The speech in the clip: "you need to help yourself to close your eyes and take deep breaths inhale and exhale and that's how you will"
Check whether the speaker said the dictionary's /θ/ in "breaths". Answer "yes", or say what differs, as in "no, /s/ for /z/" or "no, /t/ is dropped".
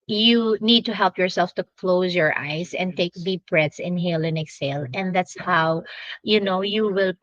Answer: no, /t/ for /θ/